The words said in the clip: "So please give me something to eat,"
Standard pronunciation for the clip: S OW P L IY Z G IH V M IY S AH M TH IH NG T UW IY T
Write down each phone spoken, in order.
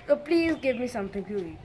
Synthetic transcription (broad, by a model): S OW P L IY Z G IH V M IY S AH M T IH NG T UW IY